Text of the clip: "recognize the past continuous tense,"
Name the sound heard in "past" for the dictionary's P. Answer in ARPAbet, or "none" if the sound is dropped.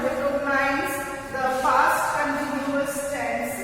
F